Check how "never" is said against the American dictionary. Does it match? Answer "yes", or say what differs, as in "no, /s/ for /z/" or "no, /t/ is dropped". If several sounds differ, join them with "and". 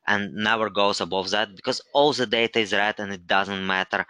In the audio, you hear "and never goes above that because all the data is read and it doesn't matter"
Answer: no, /w/ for /v/